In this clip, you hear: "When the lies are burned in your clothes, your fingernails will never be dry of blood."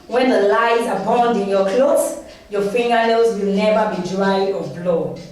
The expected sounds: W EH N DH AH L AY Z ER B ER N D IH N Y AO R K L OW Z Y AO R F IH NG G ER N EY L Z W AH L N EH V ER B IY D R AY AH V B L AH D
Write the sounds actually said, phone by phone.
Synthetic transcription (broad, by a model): W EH N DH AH L AY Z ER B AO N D IH N Y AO K L OW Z Y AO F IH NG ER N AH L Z W AH L N EH V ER B IY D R AY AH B L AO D